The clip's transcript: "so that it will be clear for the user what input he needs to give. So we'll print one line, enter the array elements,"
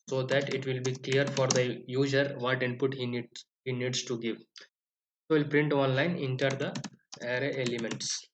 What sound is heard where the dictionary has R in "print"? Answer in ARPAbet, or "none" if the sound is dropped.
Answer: R